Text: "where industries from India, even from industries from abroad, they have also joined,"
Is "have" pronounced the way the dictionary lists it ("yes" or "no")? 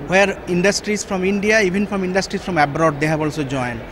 no